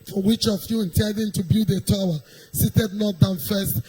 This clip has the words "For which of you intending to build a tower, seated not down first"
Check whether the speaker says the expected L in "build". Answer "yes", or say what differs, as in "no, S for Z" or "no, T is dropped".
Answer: no, L is dropped